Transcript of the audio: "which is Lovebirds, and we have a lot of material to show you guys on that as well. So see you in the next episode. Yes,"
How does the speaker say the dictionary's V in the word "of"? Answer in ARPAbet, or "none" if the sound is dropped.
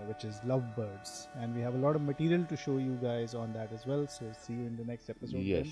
V